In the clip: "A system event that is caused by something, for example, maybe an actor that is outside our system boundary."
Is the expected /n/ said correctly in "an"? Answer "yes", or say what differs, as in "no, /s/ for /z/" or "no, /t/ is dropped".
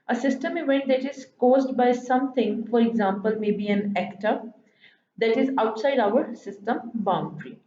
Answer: yes